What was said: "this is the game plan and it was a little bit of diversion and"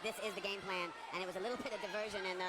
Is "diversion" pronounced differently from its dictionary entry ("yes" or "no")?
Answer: no